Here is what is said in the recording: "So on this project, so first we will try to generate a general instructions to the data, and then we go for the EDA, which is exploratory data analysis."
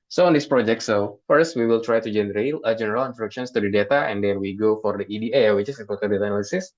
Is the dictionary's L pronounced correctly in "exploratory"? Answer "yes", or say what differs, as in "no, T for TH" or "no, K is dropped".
no, L is dropped